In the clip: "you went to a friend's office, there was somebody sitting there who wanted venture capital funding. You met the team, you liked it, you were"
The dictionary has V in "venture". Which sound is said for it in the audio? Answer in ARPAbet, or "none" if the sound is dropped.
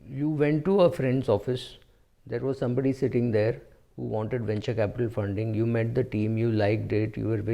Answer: V